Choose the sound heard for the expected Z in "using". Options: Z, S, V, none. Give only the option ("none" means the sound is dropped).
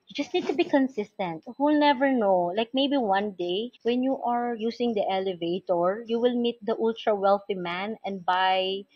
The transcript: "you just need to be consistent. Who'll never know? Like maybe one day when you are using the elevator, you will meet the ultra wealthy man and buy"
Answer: S